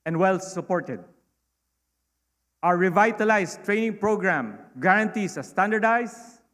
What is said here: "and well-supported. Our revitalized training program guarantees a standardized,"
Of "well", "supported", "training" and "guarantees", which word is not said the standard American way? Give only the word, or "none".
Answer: guarantees